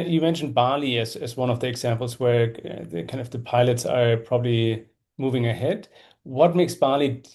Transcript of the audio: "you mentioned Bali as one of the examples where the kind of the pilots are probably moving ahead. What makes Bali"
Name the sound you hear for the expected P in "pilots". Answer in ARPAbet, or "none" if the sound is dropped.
P